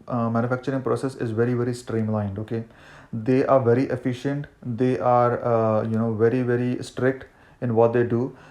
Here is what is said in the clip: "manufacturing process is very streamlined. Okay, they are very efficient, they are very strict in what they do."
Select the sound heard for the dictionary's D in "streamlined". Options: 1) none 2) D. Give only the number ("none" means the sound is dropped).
2